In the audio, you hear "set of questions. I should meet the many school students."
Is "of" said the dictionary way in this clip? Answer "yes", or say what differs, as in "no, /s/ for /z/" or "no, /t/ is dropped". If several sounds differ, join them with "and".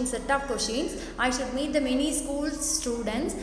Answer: no, /p/ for /v/